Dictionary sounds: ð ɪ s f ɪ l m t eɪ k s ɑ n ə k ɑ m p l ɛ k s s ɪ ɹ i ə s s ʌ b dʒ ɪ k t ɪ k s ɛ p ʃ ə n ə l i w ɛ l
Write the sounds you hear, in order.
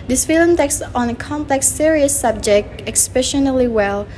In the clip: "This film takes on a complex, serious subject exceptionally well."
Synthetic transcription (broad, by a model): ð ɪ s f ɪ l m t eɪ k s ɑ n ə k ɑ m p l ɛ k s s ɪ ɹ i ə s s ʌ b dʒ ɪ k t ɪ k s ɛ ʃ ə n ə l i w ɛ l